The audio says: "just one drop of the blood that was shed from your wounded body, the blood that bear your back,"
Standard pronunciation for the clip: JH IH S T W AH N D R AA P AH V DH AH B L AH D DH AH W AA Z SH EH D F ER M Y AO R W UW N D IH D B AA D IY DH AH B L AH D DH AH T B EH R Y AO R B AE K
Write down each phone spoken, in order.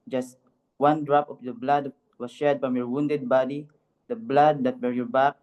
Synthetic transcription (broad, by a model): JH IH S T W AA N D R AA P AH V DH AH B L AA D W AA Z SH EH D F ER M Y AO R W UW N D IH D B AA D IY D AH B L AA D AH T B EH R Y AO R B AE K